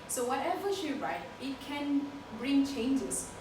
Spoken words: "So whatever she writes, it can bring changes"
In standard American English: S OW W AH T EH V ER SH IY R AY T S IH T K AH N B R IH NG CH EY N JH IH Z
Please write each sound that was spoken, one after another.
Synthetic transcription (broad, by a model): S OW W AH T EH V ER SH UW R AY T IH T K AH N B R IH NG CH EY N JH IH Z